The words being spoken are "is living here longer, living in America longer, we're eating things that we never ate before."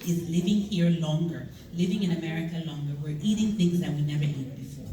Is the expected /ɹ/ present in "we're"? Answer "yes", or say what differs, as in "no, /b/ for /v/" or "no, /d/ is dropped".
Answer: yes